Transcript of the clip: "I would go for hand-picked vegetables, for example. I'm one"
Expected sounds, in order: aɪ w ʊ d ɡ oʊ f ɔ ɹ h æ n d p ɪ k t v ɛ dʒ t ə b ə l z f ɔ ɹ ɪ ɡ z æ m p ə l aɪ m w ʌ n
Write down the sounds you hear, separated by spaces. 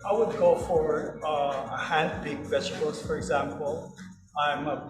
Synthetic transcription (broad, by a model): aɪ w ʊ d ɡ oʊ f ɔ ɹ h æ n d b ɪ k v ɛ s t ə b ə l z f ɔ ɹ ɪ ɡ z æ m p ə l aɪ m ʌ